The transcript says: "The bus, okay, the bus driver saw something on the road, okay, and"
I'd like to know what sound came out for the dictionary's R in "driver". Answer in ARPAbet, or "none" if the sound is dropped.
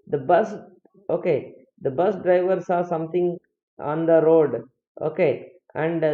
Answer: R